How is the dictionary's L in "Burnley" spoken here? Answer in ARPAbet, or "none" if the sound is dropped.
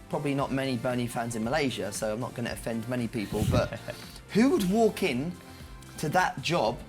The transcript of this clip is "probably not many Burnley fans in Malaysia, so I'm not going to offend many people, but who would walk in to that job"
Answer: none